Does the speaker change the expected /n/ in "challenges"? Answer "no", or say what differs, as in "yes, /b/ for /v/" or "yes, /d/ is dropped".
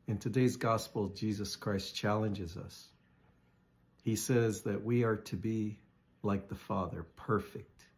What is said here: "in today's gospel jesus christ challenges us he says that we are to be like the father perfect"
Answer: no